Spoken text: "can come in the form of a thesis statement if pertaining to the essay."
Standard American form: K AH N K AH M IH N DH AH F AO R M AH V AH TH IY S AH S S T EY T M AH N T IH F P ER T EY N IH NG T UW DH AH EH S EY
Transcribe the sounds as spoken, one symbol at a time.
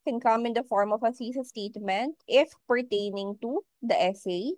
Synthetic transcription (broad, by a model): K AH N K AH M IH N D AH F AO R M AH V AH S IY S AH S S T EY T M AH N T IH F P ER T EY N IH NG T UW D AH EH S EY